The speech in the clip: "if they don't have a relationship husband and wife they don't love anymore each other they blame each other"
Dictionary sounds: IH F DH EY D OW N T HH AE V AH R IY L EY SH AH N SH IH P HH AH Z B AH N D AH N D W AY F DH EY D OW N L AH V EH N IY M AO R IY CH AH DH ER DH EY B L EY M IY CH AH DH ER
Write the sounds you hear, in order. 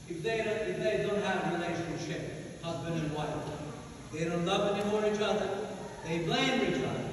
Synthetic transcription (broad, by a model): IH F DH EY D OW N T HH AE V AH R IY L EY SH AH N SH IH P HH AH Z B AH N D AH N W AY F DH EY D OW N L AH V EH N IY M AO R IY CH AH DH ER DH EY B L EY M IY CH AH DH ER